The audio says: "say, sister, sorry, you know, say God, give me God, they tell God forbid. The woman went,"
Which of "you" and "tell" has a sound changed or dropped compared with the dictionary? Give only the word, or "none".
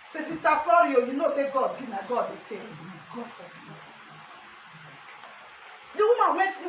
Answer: tell